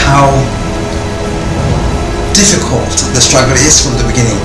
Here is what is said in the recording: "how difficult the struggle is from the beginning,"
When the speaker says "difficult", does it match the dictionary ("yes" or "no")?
yes